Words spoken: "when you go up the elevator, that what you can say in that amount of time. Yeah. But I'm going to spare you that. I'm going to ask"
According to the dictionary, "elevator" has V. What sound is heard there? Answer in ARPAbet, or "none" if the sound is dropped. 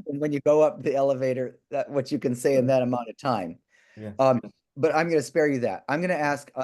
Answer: V